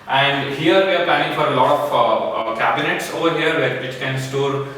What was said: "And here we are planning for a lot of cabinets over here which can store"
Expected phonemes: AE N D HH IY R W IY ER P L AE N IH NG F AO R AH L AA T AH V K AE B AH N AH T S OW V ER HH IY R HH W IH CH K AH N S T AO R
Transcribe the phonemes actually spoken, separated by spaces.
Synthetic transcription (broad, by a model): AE N D HH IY R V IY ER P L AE IH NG F AO R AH L AA T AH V K AE B AH N AH T S OW V ER HH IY R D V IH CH K AH N S T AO R